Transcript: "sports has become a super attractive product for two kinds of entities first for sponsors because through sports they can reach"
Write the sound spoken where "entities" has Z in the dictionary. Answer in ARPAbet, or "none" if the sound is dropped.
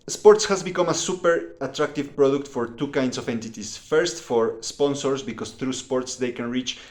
S